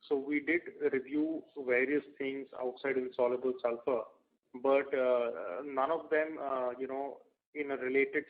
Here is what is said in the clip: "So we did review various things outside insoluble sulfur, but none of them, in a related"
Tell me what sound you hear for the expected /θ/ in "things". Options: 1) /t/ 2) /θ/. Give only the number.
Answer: 1